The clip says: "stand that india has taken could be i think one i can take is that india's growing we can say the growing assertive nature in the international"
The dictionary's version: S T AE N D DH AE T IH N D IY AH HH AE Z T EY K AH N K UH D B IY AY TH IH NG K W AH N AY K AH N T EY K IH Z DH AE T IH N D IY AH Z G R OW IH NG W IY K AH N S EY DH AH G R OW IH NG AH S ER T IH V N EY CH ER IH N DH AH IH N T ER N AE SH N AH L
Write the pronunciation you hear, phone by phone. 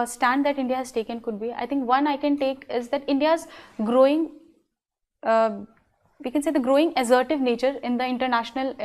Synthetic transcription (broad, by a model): S T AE N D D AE T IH N D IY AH HH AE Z T EY K AH N K UH D B IY AY T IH NG K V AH N AY K AH N T EY K IH Z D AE T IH N D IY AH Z G R OW IH NG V IY K AH N S EY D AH G R OW IH NG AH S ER T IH V N EY CH ER IH N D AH IH N T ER N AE SH N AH L